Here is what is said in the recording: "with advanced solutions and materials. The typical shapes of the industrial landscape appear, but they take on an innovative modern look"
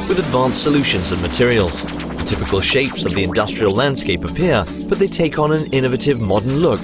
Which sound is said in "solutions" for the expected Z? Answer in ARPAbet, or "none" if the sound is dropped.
Z